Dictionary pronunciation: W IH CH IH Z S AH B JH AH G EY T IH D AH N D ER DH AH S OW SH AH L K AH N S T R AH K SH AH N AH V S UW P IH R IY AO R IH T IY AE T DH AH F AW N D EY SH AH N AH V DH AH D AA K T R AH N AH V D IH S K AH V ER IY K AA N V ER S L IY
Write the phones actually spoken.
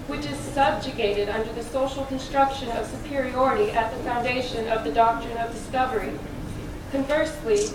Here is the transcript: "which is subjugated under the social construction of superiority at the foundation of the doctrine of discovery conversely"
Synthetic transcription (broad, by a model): W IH CH IH Z S AH B JH AH G EY T IH D AH N D ER DH AH S OW SH L K AH N S T R AH K SH AH N AH V S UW P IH R IY AO R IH T IY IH T DH AH F AW N D EY SH AH N AH V DH AH D AA K T R AH N AH V D IH S K AH V ER IY K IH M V ER S L IY